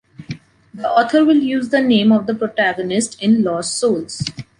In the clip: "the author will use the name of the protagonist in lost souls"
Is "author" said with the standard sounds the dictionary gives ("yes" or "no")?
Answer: no